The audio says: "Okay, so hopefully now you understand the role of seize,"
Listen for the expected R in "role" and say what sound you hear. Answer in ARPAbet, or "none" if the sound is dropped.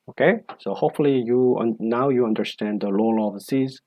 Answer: L